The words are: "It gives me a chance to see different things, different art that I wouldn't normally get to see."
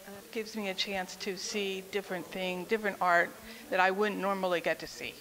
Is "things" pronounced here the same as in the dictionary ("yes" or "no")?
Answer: no